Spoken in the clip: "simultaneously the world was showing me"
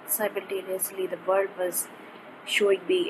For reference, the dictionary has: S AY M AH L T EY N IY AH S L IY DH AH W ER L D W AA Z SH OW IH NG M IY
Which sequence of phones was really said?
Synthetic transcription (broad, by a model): S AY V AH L T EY N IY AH S L IY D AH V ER L D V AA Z SH OW IH NG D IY